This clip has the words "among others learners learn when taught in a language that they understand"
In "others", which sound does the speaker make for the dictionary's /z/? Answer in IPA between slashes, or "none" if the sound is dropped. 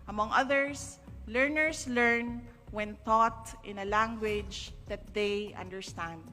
/s/